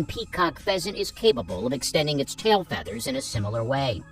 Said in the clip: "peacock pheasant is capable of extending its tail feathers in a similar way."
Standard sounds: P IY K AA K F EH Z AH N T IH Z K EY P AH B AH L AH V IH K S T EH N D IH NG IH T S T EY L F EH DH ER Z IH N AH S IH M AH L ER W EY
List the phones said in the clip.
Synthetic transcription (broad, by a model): P IY K AA K F EH Z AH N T IH Z K EY P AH B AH L AH V IH K S T EH N D IH NG IH T S T EY L F EH DH ER Z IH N AH S IH M L ER W EY